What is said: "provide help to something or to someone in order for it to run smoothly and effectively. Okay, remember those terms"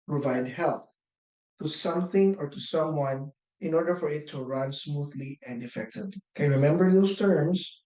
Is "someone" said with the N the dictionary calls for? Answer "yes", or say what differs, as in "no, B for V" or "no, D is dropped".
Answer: yes